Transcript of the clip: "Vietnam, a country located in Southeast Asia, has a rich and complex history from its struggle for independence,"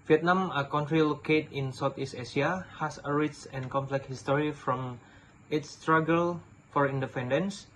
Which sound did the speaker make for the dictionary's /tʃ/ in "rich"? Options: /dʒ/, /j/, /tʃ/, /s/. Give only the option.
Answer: /s/